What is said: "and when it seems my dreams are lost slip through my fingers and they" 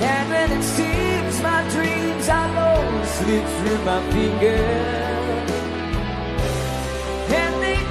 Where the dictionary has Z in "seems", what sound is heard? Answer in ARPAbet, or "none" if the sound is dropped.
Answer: Z